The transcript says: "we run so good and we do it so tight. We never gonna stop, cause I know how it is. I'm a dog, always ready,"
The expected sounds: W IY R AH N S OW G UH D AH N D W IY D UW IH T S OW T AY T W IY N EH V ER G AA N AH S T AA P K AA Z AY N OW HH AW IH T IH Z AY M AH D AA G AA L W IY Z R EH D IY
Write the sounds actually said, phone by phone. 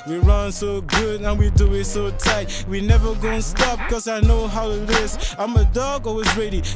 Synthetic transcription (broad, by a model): W IY R AH N S OW G UH D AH N W IY D UW IH T S OW T AY T W IY N EH V ER G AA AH S T AA P K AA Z AY N OW HH AW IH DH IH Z AY M AH D AA G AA W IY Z R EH D IY